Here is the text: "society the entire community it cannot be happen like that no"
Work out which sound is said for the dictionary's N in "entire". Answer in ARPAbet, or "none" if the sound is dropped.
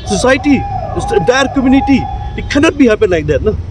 none